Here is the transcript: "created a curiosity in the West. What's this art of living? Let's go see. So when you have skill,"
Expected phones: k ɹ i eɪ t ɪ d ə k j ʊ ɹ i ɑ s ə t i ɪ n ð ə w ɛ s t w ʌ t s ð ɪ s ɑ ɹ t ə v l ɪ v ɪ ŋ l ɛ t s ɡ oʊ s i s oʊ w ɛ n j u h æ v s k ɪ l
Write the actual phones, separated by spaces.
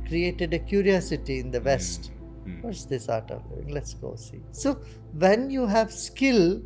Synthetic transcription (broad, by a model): k ɹ i eɪ t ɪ d ə k j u ɹ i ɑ s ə t i ɪ n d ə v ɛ s t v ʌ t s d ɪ s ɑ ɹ t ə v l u ɪ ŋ l ɛ t s ɡ oʊ s i s oʊ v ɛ n j u h æ v s k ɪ l